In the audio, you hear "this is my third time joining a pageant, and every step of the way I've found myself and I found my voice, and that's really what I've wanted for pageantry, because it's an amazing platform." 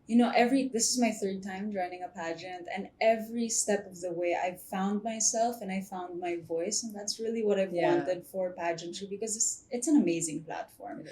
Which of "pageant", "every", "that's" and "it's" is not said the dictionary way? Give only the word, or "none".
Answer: none